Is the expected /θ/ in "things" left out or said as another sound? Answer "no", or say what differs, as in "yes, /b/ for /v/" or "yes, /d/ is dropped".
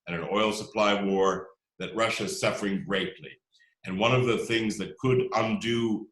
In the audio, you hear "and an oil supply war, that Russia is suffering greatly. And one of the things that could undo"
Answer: no